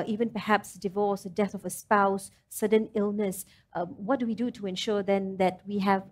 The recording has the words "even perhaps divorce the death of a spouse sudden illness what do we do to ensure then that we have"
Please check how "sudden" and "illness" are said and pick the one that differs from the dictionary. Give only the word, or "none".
none